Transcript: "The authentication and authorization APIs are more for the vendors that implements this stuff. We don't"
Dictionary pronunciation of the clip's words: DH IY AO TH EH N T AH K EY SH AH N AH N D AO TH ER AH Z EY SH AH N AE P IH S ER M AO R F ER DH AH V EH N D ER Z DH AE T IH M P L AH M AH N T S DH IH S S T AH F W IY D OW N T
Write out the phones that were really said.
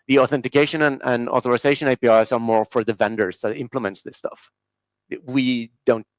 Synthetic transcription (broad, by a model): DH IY AO TH EH N T AH K EY SH AH N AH N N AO TH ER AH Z EY SH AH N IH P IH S ER M AO R F ER DH AH V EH N D ER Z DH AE T IH M P L AH M AH N T S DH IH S S T AH F W IY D OW N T